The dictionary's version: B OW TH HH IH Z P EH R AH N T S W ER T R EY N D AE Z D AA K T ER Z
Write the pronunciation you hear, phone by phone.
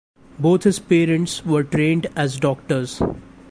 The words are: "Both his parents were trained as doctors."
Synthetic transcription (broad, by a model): B OW T HH IH Z P EH R AH N T S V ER T R EY N D AE Z D AA K T ER Z